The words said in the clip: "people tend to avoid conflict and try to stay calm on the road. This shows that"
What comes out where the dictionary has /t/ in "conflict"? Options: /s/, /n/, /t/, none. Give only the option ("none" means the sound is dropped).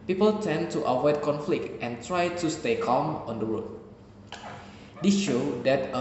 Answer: /t/